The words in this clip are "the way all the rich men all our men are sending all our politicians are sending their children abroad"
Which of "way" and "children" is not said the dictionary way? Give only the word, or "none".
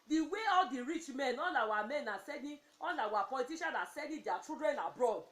children